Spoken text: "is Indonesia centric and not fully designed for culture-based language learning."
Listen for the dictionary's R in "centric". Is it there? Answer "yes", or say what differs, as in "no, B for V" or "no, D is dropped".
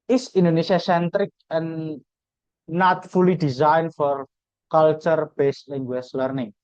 yes